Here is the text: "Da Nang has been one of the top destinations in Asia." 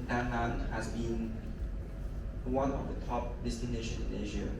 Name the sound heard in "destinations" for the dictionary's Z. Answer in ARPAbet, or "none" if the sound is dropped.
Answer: none